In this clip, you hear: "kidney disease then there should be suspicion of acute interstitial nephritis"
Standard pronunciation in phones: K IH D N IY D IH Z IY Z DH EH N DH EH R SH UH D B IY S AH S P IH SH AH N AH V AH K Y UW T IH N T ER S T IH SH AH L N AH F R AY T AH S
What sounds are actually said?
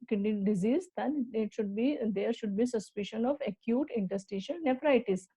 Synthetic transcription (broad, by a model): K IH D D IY D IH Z IY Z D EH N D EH R SH UH D B IY S AH S P IH SH AH N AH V AH K Y UW T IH N T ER S T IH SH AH N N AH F R AY T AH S